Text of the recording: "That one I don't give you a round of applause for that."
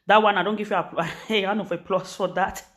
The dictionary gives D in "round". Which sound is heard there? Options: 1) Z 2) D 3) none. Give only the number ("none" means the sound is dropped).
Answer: 3